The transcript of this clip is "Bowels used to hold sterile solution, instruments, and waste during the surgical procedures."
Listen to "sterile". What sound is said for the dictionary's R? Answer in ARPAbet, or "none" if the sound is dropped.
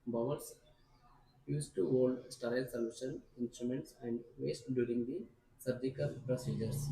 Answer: none